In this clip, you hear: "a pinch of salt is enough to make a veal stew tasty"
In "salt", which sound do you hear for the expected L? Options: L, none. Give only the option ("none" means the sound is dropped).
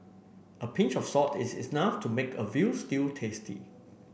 none